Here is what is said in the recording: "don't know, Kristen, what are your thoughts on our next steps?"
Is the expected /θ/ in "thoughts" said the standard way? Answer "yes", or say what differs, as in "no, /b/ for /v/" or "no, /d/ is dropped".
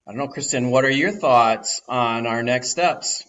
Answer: yes